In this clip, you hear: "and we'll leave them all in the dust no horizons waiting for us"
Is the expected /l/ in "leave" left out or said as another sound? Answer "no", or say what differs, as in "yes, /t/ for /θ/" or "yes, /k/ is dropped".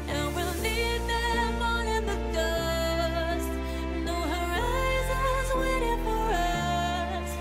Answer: yes, /n/ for /l/